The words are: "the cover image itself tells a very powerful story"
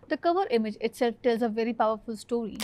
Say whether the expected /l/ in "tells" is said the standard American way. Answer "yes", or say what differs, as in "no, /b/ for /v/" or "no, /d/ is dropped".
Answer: yes